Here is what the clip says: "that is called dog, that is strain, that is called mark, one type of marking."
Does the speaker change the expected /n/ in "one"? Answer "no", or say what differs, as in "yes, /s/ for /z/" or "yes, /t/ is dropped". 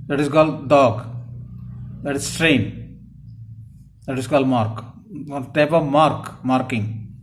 yes, /l/ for /n/